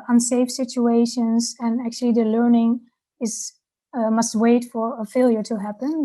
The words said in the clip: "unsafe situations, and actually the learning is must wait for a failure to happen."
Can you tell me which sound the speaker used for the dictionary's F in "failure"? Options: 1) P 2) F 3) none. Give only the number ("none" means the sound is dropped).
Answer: 2